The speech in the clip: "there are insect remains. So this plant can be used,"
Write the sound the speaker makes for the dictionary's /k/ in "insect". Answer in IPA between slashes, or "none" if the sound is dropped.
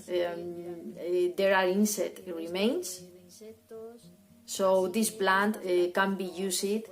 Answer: none